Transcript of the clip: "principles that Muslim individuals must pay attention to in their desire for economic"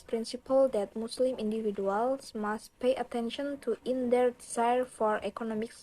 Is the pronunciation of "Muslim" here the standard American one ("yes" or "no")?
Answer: no